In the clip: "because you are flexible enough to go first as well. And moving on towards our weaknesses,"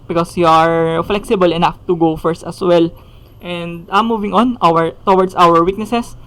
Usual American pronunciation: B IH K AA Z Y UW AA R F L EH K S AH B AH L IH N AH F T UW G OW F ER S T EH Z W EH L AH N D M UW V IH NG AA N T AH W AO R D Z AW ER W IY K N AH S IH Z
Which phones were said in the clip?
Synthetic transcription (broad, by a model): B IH K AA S Y UW AA R F L EH K S AH B AH L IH N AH F T UW G OW F ER S T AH S W EH L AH N D M UW V IH NG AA N T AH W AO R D S AW ER W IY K N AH S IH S